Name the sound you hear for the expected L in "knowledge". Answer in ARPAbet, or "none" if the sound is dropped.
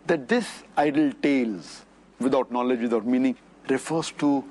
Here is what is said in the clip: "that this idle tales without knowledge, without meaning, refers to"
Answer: L